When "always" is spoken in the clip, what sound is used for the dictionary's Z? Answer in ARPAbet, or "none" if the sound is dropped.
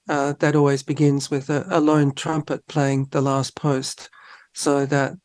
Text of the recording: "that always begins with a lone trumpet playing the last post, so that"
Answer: Z